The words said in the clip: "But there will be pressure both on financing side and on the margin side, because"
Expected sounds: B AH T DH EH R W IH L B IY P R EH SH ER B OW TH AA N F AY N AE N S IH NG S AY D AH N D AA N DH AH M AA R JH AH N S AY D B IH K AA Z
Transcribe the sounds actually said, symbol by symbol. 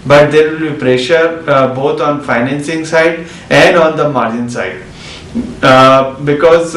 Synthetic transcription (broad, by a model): B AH T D EH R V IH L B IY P R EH SH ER B OW T AA N F AY N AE N S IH NG S AY D AH N D AA N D AH M AA R JH AH N S AY D B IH K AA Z